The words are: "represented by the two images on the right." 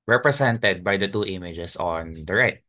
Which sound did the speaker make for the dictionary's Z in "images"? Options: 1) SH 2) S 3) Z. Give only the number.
2